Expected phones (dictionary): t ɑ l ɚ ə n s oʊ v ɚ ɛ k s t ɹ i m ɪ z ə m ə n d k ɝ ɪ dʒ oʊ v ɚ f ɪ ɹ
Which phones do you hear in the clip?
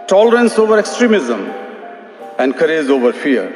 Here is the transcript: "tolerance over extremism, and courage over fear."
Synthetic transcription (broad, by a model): t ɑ l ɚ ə n s oʊ v ɚ ɛ k s t ɹ i m ɪ z ə m ə n d k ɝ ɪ z oʊ v ɚ f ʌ ɹ